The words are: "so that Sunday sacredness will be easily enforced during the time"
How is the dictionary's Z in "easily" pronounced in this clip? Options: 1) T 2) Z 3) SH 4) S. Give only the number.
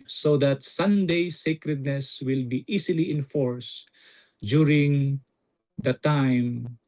4